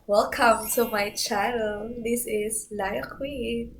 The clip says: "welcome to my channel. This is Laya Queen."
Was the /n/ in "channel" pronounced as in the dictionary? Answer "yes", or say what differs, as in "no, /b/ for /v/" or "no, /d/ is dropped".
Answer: no, /n/ is dropped